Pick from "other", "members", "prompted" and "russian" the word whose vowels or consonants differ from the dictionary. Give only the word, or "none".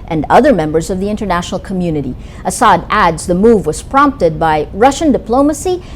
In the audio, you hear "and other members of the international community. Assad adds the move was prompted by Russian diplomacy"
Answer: none